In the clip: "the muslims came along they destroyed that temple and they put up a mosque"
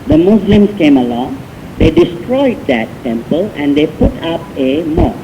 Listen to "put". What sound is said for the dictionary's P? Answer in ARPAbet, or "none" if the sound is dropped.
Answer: P